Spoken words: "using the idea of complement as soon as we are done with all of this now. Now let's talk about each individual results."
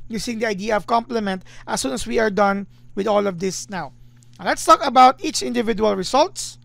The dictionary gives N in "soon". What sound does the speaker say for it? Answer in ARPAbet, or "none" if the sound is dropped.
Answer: N